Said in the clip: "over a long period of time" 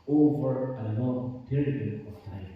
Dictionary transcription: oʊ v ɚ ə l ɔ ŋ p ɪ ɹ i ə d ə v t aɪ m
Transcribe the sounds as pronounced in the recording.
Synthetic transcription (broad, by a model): oʊ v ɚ ə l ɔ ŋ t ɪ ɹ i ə ə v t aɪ